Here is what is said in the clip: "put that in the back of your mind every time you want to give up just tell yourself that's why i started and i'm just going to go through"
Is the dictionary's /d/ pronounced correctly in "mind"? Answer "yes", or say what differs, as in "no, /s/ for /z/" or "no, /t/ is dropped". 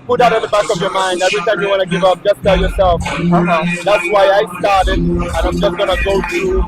yes